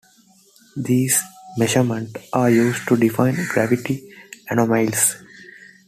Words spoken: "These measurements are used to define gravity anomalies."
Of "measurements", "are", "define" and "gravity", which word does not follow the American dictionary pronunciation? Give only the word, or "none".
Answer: measurements